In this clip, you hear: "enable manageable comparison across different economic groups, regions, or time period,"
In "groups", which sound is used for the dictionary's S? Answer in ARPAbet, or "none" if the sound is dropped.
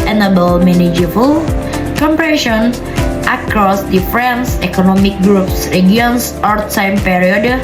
S